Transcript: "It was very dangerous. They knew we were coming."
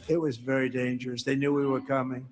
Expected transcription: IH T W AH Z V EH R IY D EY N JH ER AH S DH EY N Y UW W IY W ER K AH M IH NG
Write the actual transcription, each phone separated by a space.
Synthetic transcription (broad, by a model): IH T W AH Z V EH R IY D EY N JH ER AH S DH EY N Y UW W IY W ER K AH M IH NG